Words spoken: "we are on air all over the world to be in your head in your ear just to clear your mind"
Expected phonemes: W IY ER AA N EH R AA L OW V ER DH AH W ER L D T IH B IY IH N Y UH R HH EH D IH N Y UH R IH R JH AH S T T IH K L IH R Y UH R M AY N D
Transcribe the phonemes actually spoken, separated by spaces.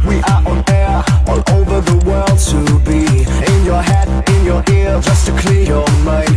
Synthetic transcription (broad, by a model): W IY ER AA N EH R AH N OW V ER DH AH W ER L D T IH B IY IH N Y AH R HH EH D IH N Y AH R IH R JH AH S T T IH K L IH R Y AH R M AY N